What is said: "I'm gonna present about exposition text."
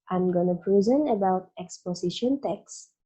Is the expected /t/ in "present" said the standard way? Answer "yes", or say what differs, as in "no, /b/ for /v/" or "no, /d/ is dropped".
no, /t/ is dropped